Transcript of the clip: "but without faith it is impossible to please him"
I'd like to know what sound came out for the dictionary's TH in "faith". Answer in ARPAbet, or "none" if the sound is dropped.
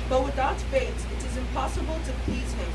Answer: S